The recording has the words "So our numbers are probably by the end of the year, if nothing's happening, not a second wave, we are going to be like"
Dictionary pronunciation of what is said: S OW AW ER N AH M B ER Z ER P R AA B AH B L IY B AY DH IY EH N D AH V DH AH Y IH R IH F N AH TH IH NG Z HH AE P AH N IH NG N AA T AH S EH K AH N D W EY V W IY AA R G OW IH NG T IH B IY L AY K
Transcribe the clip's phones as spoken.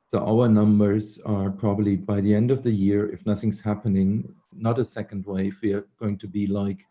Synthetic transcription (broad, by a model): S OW AW ER N AH M B ER Z ER P R AA B AH B L IY B AY DH IY EH N D AH V DH AH Y IH R IH F N AH TH IH NG Z HH AE P AH N IH NG N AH T AH S EH K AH N D W EY F W IY R G OW IH NG T IH B IY L AY K